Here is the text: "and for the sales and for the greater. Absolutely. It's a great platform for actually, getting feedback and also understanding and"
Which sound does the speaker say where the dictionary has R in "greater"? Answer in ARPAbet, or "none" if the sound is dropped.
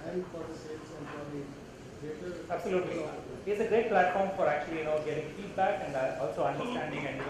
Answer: none